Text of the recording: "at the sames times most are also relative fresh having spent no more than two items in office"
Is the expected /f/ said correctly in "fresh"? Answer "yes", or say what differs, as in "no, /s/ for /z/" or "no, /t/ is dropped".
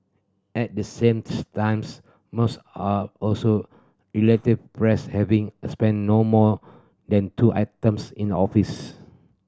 no, /p/ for /f/